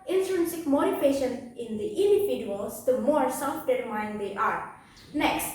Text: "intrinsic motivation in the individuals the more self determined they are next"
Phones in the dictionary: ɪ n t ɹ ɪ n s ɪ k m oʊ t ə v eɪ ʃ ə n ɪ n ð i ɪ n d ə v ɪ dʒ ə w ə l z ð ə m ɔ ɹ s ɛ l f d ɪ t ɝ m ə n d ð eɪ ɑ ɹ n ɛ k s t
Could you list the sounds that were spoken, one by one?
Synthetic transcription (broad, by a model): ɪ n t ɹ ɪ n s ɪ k m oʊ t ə p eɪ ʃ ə n ɪ n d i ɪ n d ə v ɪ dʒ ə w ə l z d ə m ɔ ɹ s ɛ l f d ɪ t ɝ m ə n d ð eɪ ɑ ɹ n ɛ k s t